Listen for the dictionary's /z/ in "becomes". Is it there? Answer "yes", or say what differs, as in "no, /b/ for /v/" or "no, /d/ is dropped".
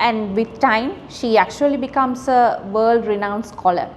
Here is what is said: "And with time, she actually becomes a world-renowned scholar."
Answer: no, /s/ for /z/